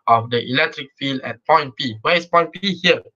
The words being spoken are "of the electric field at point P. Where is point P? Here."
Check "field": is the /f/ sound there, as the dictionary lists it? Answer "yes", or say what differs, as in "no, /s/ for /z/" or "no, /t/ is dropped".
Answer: yes